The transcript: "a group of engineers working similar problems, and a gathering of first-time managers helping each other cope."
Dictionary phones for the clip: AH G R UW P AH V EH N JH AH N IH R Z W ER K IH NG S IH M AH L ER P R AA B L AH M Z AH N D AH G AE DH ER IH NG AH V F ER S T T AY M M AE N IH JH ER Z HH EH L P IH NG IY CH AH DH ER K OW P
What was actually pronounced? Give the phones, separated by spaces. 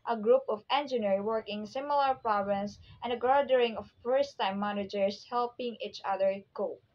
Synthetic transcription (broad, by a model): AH G R UW P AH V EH N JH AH N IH R W ER K IH NG S IH M AH L ER P R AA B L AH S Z AH N D AH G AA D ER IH NG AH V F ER S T T AY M M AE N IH JH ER S HH EH L P IH NG IY CH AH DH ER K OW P